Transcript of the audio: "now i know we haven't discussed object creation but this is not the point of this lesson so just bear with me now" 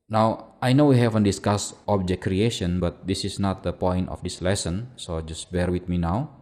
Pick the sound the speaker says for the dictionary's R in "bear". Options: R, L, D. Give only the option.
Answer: R